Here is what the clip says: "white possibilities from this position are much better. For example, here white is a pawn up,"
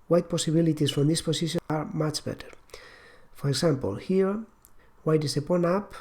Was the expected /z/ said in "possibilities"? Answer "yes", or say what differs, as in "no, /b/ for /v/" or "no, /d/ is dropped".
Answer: no, /s/ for /z/